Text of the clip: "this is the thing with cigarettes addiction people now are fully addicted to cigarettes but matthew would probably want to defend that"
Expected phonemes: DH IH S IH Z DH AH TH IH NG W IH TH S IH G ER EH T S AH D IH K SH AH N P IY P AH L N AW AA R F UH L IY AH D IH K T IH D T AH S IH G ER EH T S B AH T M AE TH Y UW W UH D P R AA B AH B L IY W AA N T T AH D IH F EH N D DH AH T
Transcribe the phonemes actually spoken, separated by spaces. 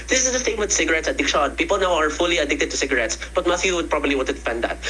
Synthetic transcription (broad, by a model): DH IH S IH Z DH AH S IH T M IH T S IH G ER EH T S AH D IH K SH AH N P IY P AH L N AW AA R F UH L IY AH D IH K T IH D T AH S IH G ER EH T S B AH T M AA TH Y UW W UH D P R AA B AH B L IY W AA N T T AH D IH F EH N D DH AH T